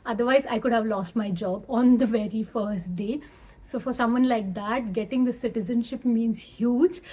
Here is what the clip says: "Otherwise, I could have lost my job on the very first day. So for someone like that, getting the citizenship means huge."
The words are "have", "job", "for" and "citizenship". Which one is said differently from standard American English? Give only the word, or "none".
none